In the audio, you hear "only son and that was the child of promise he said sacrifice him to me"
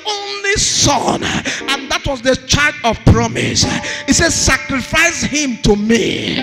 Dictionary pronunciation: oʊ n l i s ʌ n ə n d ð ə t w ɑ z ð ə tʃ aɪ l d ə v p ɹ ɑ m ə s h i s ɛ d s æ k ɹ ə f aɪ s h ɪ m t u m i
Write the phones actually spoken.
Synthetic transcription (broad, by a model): oʊ n l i s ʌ n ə n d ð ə t w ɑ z ð ə tʃ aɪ d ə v p ɹ ɑ m ə s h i s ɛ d s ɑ k ɹ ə f aɪ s h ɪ m t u m i